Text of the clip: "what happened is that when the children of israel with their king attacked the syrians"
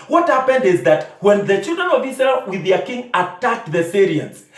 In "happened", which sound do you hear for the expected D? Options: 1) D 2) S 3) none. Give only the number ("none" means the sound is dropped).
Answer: 1